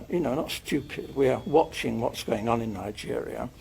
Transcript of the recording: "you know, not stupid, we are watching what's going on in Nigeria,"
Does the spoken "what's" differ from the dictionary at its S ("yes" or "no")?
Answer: no